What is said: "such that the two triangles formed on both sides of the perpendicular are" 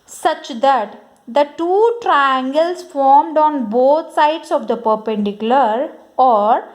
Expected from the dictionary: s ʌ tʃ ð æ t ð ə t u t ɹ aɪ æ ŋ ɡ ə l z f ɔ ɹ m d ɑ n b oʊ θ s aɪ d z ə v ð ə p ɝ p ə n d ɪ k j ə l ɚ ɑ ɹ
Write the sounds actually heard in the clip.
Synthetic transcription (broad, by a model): s ʌ tʃ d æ t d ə t u t ɹ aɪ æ ŋ ɡ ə l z f ɔ ɹ m d ɑ n b oʊ t s aɪ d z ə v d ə p ɝ p ə n d ɪ k j ə l ɚ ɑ ɹ